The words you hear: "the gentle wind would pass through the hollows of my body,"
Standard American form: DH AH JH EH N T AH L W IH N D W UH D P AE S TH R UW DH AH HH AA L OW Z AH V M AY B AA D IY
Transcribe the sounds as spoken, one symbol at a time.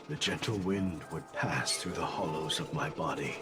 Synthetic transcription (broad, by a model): DH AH JH EH N T L W IH N D W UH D P AE S TH R UW DH AH HH AA L OW Z AH V M AY B AA D IY